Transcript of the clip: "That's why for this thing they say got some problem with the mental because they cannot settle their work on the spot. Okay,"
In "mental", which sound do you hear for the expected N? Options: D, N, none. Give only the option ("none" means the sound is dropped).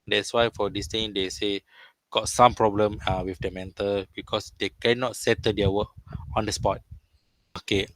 N